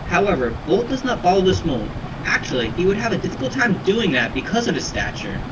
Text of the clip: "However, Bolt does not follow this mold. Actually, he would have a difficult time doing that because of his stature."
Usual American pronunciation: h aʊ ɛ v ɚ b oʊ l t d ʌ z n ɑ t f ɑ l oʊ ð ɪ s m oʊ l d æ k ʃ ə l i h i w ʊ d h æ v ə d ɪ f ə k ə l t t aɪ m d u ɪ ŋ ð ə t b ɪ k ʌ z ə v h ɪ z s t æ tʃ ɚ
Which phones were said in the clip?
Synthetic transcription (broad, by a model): h aʊ ɛ v ɚ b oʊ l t d ʌ z n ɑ t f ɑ l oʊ ð ɪ s m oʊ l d æ k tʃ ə l i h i w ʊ d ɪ v ə d ɪ f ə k l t t aɪ m d u ɪ ŋ ð ə t b ɪ k ʌ z ə v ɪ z s t æ tʃ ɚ